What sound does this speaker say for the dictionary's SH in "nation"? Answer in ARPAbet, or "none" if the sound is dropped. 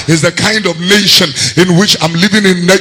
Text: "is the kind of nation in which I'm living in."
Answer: SH